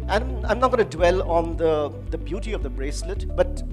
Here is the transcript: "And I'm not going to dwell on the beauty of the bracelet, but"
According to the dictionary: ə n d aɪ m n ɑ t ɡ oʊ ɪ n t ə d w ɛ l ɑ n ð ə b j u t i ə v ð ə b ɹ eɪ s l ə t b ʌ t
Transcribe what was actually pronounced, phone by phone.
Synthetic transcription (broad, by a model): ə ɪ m aɪ m n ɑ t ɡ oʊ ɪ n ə d w ɛ l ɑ n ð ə b j u t i ə v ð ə b ɹ eɪ s l ə t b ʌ t